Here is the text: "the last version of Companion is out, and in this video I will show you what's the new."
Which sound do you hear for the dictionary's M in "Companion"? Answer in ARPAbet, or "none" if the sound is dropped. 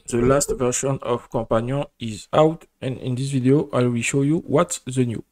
none